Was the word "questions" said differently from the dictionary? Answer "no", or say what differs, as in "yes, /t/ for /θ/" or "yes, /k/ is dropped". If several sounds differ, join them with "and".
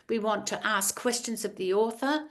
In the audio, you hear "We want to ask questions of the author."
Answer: no